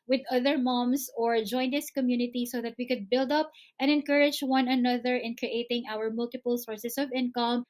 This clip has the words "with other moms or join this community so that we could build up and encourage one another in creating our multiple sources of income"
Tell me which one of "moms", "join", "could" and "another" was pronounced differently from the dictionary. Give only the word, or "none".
moms